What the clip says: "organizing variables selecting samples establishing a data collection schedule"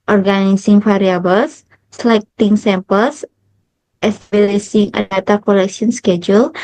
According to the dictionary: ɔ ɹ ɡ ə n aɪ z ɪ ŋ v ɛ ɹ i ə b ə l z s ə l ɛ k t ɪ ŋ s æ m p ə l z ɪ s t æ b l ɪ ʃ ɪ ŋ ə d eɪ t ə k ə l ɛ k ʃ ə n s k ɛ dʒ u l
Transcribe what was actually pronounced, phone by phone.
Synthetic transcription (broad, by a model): ɔ ɹ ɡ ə n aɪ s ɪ ŋ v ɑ ɹ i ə b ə l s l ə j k t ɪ ŋ s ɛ m p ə l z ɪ s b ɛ l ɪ s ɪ ŋ ə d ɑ t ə k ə l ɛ k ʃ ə n s k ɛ dʒ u l